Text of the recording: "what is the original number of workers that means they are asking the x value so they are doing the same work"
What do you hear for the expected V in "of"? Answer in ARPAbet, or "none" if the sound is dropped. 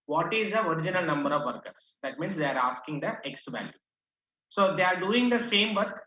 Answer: V